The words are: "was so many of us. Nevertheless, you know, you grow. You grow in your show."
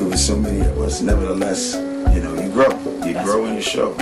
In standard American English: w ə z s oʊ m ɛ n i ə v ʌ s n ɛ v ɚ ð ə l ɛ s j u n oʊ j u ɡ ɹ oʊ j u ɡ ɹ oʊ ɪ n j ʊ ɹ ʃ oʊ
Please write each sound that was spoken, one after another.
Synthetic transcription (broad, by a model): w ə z s oʊ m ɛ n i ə w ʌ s n ɛ v ɚ ð ə l ɛ s j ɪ n oʊ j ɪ ɡ ɹ oʊ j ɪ ɡ ɹ oʊ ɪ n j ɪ ʃ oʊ